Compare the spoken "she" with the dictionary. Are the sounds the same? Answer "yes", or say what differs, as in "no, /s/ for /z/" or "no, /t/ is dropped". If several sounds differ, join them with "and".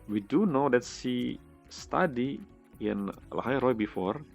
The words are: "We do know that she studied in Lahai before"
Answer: no, /s/ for /ʃ/